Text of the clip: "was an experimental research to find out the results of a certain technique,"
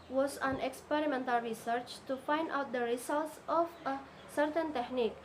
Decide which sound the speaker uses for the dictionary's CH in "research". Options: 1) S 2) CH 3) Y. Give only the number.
2